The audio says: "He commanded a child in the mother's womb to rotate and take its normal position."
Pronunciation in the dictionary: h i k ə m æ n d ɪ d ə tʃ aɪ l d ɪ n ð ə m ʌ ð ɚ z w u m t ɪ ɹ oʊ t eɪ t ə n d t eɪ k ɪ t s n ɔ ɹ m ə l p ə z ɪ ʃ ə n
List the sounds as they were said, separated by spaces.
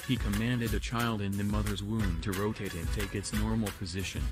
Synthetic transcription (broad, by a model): h i k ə m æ n d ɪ d ə tʃ aɪ l d ɪ n ð ə m ʌ ð ɚ z w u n t ɪ ɹ oʊ t eɪ t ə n t eɪ k ɪ t s n ɔ ɹ m l p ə z ɪ ʃ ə n